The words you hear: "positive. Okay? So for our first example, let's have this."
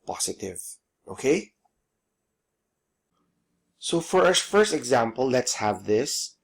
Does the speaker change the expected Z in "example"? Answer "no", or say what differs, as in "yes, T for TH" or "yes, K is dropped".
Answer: no